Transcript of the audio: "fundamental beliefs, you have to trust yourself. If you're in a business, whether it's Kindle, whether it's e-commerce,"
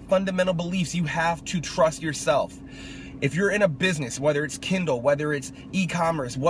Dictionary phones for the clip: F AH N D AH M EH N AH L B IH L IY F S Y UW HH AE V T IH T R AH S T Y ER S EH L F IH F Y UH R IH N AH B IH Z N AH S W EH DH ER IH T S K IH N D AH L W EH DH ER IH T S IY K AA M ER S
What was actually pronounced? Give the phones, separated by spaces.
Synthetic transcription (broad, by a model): F AH N D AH M EH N L B IH L IY F S Y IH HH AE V T IH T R AH S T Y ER S EH L F IH F Y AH R IH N AH B IH Z N AH S W EH DH ER IH T S K IH N D L W EH DH ER IH T S IY K AA M ER S